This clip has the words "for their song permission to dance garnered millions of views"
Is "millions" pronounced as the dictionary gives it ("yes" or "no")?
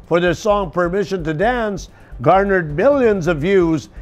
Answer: yes